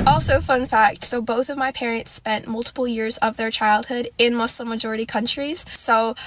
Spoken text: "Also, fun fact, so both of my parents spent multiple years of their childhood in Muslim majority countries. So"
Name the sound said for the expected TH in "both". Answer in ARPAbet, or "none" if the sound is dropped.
TH